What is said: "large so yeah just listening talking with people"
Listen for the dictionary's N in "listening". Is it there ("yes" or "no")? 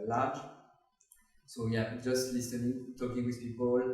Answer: no